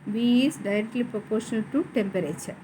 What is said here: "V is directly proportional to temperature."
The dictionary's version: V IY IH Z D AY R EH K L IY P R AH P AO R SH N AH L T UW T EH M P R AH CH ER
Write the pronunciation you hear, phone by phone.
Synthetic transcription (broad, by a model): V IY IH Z D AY R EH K L IY P R AH P AO R SH N AH L T UW T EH M P R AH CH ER